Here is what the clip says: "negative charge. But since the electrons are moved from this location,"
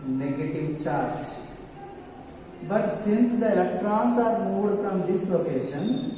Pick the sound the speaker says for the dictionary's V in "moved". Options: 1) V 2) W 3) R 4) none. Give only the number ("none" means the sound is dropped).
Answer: 4